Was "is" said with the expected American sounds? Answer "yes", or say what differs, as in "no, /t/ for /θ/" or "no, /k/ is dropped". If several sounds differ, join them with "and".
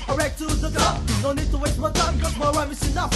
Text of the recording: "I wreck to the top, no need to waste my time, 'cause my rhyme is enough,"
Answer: no, /s/ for /z/